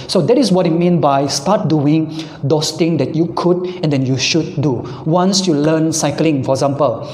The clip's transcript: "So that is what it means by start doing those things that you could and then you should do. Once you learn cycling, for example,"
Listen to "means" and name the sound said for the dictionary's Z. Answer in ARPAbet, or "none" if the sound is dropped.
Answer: none